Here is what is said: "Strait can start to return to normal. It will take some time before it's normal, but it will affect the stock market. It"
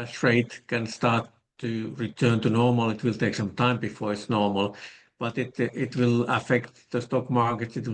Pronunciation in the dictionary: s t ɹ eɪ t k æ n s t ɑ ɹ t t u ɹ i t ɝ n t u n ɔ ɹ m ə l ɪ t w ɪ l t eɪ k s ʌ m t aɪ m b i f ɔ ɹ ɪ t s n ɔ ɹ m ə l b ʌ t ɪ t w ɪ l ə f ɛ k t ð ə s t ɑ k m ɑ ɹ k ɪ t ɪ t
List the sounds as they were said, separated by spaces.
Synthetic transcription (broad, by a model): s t ɹ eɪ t k æ n s t ɑ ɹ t t u ɹ i t ɝ n t u n ɔ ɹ m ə l ɪ t w ɪ l t eɪ k s ʌ m t aɪ m b i f ɔ ɹ ɪ t s n ɔ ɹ m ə l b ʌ t ɪ t w ɪ l ə f ɛ k t ð ə s t ɑ k m ɑ ɹ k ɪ t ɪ t